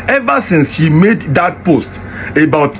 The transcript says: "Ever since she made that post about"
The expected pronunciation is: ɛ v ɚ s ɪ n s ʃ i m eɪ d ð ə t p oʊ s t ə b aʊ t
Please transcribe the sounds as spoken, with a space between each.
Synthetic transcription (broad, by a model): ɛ v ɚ s ɪ n s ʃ i m eɪ d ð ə t p oʊ s t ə b aʊ t